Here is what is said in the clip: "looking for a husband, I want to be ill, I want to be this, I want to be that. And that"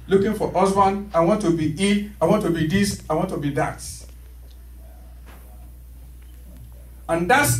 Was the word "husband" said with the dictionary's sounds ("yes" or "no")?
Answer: no